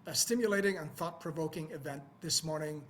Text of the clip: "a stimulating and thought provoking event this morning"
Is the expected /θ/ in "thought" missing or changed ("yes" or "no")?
no